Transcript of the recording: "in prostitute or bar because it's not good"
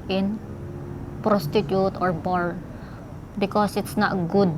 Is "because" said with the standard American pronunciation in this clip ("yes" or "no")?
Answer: no